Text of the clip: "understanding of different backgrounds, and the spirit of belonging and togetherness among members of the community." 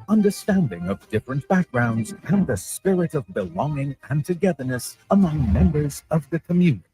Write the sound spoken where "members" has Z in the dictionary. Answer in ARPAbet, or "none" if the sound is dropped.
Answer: Z